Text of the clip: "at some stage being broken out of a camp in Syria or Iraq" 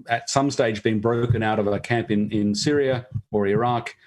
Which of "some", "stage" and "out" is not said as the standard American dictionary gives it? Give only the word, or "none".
none